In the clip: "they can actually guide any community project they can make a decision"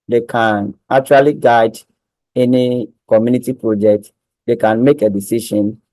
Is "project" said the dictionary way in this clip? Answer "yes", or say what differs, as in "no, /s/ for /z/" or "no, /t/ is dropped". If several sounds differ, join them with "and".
yes